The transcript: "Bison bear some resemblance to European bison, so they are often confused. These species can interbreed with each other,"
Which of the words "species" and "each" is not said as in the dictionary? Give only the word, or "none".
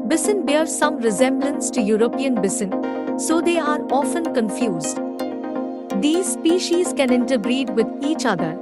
none